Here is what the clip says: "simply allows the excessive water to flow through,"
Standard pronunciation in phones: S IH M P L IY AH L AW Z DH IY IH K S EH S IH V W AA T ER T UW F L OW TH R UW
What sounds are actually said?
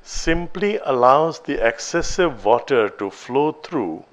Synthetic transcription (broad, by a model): S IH M P L IY AH L AW Z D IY IH K S EH S IH V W AA T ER T UW F L OW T R UW